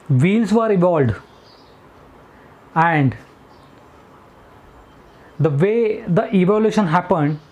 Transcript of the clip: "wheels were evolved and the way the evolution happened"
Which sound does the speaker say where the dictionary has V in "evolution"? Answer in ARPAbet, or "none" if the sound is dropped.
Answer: V